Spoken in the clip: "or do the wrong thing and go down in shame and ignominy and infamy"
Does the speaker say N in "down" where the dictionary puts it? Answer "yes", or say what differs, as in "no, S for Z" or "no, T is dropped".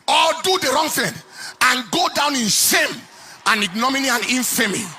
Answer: yes